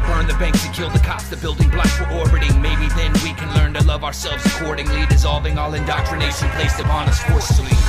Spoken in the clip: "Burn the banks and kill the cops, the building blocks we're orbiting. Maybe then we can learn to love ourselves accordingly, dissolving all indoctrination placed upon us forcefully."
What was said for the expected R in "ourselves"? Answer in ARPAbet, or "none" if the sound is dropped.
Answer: R